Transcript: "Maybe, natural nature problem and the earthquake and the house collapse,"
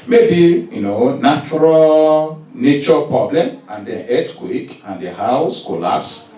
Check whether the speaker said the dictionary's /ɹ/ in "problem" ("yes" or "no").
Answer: yes